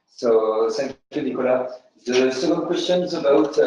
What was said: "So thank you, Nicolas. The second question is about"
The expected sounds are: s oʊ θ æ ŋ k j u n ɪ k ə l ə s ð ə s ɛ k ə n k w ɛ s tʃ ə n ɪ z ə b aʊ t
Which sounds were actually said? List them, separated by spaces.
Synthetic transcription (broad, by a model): s oʊ s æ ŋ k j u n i k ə l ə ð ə s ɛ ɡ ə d k w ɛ s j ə n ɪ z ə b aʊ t